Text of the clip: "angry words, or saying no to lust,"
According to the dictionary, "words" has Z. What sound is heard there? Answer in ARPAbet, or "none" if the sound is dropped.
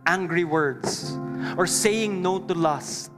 S